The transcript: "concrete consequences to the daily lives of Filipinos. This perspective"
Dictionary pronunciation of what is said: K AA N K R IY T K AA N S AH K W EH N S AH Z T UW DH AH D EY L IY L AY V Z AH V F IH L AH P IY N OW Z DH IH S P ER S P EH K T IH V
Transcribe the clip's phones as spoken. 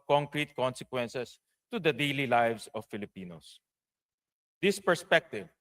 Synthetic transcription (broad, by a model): K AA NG K R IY T K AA N S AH K W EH N S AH S T UW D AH D EY L IY L AY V S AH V F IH L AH P IY N OW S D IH S P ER S P EH K T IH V